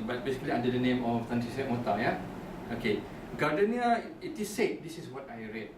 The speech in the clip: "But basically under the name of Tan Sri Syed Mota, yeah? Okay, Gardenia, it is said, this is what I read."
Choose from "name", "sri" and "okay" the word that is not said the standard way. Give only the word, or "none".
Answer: sri